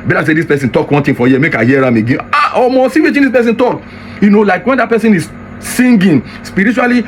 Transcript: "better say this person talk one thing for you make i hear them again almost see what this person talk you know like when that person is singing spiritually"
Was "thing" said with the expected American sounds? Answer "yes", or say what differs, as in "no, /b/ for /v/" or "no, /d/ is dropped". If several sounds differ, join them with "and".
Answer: no, /t/ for /θ/